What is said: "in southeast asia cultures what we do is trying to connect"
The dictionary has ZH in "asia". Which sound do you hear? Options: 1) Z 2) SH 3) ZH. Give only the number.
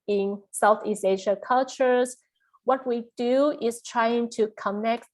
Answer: 2